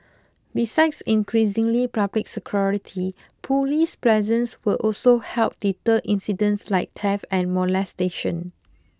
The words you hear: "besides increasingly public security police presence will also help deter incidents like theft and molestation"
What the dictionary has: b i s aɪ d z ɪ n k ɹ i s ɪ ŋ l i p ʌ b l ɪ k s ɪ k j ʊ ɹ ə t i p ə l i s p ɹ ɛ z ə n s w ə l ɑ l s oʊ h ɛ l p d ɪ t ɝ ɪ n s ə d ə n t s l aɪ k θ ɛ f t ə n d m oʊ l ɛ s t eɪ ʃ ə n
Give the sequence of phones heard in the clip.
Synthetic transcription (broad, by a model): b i s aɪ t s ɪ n k ɹ i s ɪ ŋ l i p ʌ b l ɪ k s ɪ k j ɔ ɹ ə t i p ə l i s p l ɛ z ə n s w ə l ɑ l s oʊ h ɛ l p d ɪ t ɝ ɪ n s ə d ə n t s l aɪ k t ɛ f ə n m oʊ l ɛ s t eɪ ʃ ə n